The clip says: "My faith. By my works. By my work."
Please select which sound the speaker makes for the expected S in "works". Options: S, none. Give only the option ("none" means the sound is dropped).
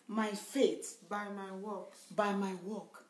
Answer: none